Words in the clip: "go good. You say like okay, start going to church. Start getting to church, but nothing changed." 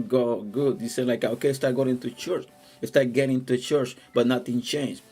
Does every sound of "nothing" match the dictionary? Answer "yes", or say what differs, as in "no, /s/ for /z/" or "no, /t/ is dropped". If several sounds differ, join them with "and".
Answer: no, /t/ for /θ/